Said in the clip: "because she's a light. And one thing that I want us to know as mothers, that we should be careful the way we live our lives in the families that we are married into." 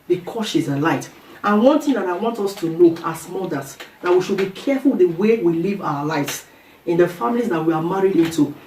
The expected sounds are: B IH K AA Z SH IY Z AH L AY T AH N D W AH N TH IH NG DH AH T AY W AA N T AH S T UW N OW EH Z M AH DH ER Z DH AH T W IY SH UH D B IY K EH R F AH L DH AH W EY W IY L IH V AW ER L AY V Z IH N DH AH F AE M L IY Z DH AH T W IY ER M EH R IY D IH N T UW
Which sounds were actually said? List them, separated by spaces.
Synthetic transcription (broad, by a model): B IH K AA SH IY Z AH L AY T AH N W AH N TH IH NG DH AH T AY W AA N T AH S T UW L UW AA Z M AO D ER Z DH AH T W IY SH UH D B IY K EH F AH L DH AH W EY W IY L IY V AW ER L AY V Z IH N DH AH F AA M L IY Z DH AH T W IY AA M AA R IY D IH N T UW